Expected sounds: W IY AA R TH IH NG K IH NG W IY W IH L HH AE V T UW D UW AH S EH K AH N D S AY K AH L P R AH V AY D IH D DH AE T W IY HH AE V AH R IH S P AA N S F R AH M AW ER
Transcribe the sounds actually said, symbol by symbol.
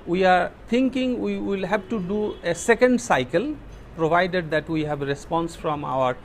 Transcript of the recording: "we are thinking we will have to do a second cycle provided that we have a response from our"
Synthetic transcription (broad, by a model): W IY AA R T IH NG K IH NG W IY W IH L HH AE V T UW D UW AH S EH K AH N D S AY K AH L P R AH V AY D IH D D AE T W IY HH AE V R IH S P AA N S F R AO M AW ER